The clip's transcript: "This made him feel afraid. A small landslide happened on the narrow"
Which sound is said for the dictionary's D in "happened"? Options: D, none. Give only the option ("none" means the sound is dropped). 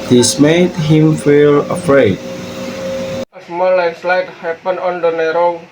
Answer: none